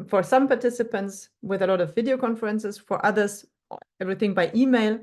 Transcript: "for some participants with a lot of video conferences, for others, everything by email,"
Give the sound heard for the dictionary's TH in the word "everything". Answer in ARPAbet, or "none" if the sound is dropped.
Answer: TH